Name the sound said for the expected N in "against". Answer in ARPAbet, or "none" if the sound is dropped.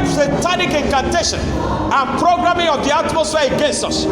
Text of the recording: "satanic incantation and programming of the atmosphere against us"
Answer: N